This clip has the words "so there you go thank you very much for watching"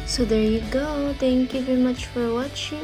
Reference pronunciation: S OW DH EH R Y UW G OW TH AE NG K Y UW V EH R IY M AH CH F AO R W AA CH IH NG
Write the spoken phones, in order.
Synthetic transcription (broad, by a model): S OW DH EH R Y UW G OW T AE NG K Y UW V EH R IY M AH CH F AO R W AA CH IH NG